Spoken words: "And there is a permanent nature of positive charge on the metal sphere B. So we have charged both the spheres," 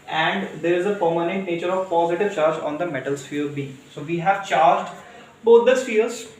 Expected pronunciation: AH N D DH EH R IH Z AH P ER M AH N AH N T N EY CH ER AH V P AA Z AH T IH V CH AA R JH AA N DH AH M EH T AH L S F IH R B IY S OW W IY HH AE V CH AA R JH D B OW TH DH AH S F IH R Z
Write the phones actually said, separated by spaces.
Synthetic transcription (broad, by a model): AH N D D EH R IH Z AH P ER M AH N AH N T N EY CH ER AH V P AA Z AH T IH V CH AA R JH AA N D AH M EH T AH L S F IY R B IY S OW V IY HH AE V CH AA R JH D B OW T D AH S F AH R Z